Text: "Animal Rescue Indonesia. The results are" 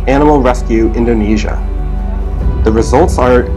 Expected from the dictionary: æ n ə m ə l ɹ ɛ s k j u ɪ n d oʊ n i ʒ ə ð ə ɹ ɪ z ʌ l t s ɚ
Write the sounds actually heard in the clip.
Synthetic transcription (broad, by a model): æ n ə m l ɹ ɛ s k j u ɪ n d oʊ n i ʒ ə ð ə ɹ ɪ z ʌ l t s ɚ